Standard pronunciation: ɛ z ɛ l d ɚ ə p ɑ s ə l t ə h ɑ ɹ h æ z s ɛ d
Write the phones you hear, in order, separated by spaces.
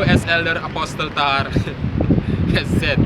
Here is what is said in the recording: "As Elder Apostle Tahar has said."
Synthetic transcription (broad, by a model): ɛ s ɛ l d ɚ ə p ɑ s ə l t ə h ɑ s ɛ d